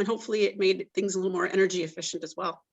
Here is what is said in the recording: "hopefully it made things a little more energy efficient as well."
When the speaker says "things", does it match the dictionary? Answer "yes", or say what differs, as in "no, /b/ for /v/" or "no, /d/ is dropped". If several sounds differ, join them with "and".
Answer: yes